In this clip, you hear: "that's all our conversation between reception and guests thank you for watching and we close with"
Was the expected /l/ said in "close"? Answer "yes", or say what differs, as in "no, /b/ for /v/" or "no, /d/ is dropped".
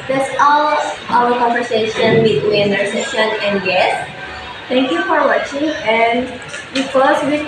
no, /l/ is dropped